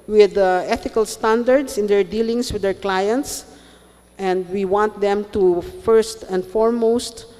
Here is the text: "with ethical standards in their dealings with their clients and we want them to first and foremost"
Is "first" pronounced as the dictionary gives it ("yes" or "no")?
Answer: yes